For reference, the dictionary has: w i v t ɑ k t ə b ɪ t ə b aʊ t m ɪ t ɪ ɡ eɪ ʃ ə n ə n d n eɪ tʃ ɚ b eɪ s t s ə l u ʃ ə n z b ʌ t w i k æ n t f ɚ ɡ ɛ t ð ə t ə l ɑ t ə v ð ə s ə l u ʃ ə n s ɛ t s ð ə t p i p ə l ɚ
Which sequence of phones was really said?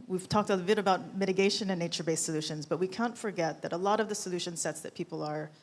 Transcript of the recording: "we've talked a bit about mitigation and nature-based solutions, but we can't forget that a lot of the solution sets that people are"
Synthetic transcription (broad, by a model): w i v t ɑ k t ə b ɪ t ə b aʊ t m ɪ t ɪ ɡ eɪ ʃ ə n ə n n eɪ tʃ ɚ b eɪ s s ə l u ʃ ə n z b ʌ t w i k æ n t f ɚ ɡ ɛ t ð ə t ə l ɑ t ə v ð ə s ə l u ʃ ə n s ɛ t s ð ə t p i p l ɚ